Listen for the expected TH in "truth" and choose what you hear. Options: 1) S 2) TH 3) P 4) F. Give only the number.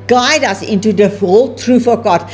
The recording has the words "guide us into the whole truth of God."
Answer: 4